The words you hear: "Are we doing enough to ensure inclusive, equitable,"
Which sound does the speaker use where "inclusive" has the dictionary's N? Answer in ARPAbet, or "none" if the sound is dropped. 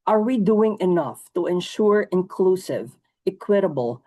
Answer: N